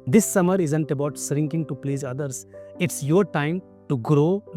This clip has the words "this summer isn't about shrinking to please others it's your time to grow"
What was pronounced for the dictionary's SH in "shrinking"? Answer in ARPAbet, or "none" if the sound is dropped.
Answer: S